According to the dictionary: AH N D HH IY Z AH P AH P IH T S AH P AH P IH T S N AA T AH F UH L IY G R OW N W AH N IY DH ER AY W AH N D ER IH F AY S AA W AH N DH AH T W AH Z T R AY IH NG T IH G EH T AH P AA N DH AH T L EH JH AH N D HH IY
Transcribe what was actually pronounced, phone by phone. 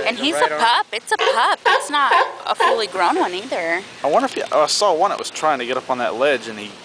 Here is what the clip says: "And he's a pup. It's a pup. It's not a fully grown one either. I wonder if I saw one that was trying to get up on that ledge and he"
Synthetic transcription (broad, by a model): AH N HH IY Z AH P AH P IH T S AH P AH P IH T S N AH T AH F UH L IY G R OW N W AH N IY DH ER AY W AH N D ER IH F AY S AA W AH N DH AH T W AH Z T R AY IH NG T IH G EH T AH P N DH AH T L EH JH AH N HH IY